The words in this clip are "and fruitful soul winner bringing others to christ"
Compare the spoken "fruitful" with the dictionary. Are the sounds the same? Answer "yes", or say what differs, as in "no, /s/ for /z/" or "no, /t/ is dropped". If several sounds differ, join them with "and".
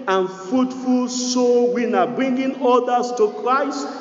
yes